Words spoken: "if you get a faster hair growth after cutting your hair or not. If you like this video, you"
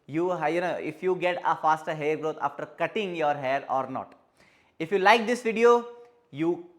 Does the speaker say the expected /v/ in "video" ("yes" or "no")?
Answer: yes